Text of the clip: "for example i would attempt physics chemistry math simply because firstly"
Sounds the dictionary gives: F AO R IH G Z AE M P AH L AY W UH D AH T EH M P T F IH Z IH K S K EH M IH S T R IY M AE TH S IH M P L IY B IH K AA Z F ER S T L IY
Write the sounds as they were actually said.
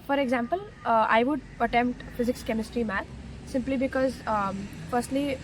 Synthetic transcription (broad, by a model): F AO R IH G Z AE M P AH L AY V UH D AH T EH M P T F IH Z IH K S K EH M IH S T R IY M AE T S IH M P L IY B IH K AA Z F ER S T L IY